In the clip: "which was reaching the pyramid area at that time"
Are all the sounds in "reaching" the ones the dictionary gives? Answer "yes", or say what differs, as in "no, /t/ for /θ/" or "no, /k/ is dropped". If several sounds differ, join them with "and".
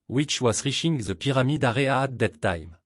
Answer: no, /ʃ/ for /tʃ/